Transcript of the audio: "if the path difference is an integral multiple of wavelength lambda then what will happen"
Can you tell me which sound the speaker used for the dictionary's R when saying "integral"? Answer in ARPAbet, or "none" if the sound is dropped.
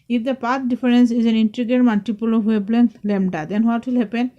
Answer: none